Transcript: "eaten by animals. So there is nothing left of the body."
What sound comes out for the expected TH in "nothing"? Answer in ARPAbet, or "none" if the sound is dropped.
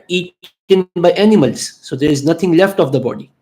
T